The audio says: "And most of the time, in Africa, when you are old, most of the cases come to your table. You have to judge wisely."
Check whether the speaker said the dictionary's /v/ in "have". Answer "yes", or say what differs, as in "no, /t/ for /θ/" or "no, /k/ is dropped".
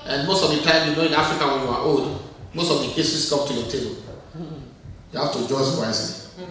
no, /f/ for /v/